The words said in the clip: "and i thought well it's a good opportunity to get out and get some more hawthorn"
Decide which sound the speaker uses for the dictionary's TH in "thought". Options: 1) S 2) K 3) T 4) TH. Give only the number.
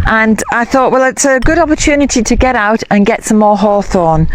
4